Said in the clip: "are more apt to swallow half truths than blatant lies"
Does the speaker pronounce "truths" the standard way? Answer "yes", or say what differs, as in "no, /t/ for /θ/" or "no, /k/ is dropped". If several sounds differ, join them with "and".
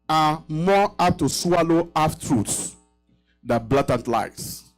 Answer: no, /t/ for /θ/